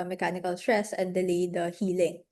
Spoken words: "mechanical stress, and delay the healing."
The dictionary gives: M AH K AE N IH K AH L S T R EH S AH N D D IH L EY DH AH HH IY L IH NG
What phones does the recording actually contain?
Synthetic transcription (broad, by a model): M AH K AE N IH K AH L S T R EH S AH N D D IH L EY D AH HH IY L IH NG